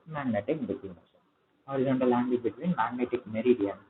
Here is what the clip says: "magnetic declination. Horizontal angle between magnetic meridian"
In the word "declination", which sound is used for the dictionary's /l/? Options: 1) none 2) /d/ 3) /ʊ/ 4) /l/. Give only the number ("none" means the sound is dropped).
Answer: 1